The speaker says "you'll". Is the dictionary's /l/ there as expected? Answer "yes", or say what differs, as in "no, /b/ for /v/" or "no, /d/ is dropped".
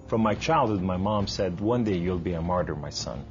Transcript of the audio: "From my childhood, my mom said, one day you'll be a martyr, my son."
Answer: yes